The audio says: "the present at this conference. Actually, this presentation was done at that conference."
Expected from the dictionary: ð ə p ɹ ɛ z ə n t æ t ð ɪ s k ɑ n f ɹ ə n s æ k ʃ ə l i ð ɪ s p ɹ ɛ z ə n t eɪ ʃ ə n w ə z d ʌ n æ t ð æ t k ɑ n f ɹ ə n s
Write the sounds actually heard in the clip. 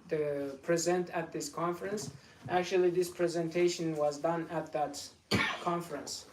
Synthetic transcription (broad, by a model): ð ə p ɹ ɛ z ə n t æ t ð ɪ s k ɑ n f ɹ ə n s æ k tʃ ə l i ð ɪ s p ɹ ɛ z ə n t eɪ ʃ ə n w ə z d ʌ n æ t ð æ t k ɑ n f ɹ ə n s